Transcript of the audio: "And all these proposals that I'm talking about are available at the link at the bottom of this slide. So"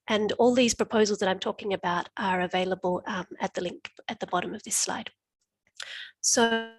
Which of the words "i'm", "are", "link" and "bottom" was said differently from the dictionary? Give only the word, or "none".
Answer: none